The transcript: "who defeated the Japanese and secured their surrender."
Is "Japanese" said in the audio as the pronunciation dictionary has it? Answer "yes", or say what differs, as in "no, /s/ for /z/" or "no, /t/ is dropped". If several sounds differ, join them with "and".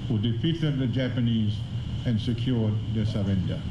yes